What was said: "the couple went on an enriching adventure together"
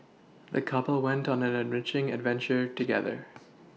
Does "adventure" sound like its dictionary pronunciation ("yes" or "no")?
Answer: yes